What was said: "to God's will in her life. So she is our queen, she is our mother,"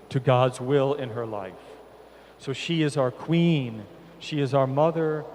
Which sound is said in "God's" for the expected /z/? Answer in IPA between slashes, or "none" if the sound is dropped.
/z/